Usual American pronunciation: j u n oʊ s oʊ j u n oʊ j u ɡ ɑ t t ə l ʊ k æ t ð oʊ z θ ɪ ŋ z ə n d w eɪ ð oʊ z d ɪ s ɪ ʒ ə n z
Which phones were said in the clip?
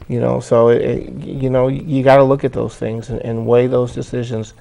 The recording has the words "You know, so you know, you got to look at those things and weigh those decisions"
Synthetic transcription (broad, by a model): j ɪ n oʊ s oʊ j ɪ n oʊ j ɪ ɡ ɑ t t ə l ʊ k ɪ t ð oʊ z θ ɪ ŋ z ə n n w eɪ ð oʊ z d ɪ s ɪ ʒ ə n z